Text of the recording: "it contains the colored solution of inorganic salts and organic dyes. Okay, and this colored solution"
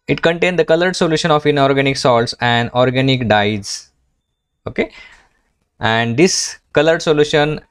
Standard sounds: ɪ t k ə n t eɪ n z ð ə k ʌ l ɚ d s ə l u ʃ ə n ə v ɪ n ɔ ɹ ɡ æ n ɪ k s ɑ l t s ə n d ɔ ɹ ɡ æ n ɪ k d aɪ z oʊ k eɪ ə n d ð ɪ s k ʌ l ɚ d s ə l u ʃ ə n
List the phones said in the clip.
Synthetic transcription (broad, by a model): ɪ t k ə n t eɪ n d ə k ʌ l ɚ d s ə l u ʃ ə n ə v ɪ n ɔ ɹ ɡ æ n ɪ k s ɑ l t s ə n d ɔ ɹ ɡ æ n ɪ k d aɪ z oʊ k eɪ ə n d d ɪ s k ʌ l ɚ d s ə l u ʃ ə n